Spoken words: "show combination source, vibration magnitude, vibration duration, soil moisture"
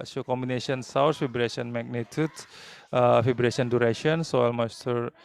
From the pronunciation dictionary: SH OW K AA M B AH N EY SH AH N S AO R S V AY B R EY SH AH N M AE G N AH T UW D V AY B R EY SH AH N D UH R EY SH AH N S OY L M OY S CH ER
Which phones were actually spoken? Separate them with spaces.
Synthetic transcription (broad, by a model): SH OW K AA M B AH N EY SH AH N S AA W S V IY B R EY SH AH N M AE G N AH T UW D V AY B R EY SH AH N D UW R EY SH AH N S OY L M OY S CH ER